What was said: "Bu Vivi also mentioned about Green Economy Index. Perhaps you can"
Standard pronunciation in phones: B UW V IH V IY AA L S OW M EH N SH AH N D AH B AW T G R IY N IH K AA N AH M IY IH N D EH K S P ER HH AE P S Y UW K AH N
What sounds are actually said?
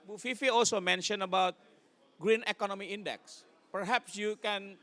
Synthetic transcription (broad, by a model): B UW F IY F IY AA L S OW M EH N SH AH N AH B AW T G R IY N IH K AA N AH M IY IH N D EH K S P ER HH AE P S Y UW K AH N